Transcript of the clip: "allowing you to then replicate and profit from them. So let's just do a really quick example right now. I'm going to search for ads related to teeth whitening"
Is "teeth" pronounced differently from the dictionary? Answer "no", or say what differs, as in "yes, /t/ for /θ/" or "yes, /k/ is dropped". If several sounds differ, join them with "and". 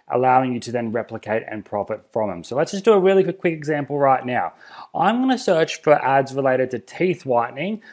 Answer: no